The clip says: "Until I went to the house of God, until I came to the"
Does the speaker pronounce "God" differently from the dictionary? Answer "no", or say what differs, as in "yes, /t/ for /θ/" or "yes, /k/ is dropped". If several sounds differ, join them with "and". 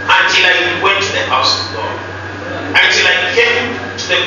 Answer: yes, /d/ is dropped